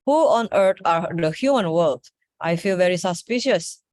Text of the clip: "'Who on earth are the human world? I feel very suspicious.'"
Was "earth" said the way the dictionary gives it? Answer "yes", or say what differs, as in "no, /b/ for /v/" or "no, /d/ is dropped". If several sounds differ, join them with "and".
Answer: no, /t/ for /θ/